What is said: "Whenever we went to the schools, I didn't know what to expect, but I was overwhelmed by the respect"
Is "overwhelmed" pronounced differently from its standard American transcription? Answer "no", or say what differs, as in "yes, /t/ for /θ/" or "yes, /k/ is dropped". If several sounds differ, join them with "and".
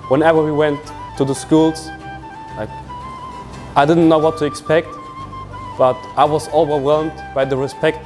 no